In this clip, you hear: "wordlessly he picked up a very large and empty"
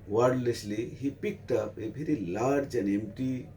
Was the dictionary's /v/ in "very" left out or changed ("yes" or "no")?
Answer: yes